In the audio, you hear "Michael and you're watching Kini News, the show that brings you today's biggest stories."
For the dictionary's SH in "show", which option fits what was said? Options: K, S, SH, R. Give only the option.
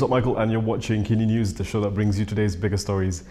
SH